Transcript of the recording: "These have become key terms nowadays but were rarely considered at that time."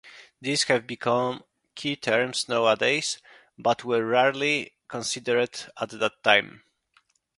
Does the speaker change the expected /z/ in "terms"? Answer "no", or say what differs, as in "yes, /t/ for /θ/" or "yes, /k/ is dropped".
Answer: yes, /s/ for /z/